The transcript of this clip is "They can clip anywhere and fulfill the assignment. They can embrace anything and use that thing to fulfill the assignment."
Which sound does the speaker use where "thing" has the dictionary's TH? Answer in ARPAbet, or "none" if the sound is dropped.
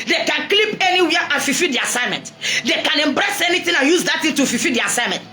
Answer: T